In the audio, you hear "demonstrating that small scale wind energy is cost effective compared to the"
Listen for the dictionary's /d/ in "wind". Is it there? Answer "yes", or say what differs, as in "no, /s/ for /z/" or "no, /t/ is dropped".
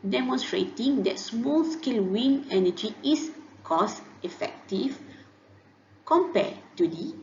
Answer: no, /d/ is dropped